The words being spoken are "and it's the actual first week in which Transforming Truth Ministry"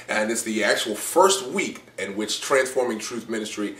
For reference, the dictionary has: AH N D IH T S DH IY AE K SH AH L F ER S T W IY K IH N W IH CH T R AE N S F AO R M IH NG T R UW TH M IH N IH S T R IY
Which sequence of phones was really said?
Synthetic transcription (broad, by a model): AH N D IH T S DH IY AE K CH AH L F ER S T W IY K IH N W IH CH T R AE N S F AO R M IH NG T R UW TH M IH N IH S T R IY